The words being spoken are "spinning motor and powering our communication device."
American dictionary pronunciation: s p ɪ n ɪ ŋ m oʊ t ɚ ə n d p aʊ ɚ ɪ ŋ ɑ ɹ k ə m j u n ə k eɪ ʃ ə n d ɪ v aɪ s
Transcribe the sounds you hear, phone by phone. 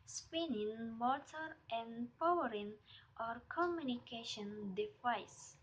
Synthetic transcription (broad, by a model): s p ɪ n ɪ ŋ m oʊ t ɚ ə n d p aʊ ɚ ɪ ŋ ɑ ɹ k ə m j u n ə k eɪ ʃ ə n d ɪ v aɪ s